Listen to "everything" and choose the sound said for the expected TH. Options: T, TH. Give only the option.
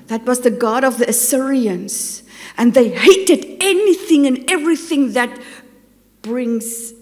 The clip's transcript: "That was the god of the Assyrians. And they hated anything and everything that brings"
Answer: TH